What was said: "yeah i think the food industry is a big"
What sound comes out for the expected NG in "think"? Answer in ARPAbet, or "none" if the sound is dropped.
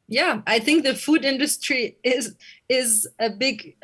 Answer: NG